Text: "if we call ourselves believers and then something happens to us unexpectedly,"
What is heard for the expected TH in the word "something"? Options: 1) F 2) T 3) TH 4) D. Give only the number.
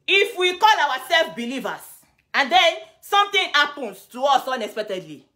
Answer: 2